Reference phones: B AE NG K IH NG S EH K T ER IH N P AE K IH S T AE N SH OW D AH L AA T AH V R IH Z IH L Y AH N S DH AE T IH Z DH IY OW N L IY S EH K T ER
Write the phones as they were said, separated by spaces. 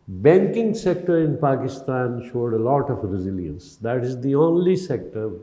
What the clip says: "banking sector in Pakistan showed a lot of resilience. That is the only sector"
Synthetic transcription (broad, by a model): B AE NG K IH NG S EH K T ER IH N P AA K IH S T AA N SH OW D AH L AA T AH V R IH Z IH L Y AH N S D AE T IH Z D IY OW N L IY S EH K T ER